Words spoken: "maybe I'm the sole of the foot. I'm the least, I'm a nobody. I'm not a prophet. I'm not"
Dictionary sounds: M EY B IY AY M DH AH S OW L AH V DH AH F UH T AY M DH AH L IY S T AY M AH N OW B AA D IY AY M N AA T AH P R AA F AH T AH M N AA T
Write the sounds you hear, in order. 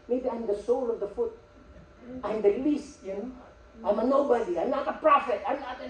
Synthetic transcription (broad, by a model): M EY B IY AY M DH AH S OW L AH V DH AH F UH T AY M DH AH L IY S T AY M AH N OW B AA D IY AY M N AA T AH P R AA F AH T AH M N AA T